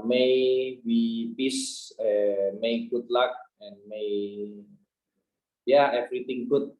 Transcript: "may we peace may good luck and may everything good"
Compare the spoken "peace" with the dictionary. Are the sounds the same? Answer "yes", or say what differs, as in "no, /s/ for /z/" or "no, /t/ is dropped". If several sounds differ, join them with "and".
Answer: no, /b/ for /p/